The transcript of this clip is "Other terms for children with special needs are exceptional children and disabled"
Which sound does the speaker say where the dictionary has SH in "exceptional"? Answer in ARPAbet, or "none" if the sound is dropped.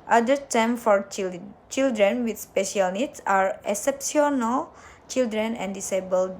S